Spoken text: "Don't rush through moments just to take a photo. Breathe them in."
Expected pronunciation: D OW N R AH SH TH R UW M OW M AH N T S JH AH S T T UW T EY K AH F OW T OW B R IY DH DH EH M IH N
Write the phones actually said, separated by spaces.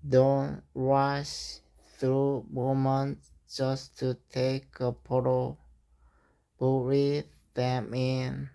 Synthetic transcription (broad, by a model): D OW N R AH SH TH R UW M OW M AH N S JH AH S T T UW T EY K AH P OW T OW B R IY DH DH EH M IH N